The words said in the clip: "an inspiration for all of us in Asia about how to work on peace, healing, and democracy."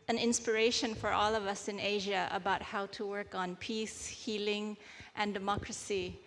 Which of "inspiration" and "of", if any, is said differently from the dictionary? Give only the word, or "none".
none